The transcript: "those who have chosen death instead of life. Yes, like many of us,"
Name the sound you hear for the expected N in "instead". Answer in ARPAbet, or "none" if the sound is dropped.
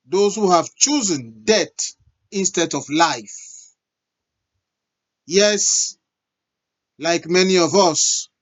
N